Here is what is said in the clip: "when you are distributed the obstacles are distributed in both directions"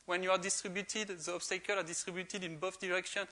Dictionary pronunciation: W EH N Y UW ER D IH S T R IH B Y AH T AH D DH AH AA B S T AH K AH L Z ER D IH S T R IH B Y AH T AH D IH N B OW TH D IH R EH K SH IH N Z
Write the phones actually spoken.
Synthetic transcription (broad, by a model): W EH N Y UW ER D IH S T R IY B Y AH T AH D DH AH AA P S T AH K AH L AA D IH S T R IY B Y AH T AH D IH N B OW F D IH R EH K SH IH N